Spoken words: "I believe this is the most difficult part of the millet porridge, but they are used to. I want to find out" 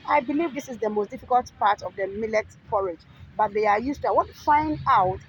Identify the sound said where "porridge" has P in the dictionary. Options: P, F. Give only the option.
F